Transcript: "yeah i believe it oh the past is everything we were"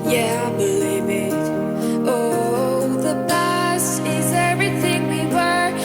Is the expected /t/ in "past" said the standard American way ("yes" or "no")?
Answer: no